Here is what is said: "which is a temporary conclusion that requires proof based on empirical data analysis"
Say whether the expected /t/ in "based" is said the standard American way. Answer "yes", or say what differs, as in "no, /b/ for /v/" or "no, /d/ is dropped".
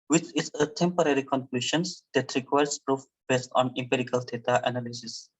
yes